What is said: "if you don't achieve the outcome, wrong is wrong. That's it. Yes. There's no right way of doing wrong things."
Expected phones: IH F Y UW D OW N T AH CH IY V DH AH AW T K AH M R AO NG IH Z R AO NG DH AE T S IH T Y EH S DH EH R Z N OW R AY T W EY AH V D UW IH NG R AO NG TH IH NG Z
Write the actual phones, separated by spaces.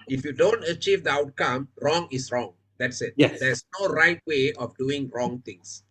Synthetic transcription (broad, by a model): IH F Y UW D OW N T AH CH IY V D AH AW T K AH M R AO NG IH S R AO NG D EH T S IH T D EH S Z N OW R AY T W EY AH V D UW IH NG R AO NG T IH NG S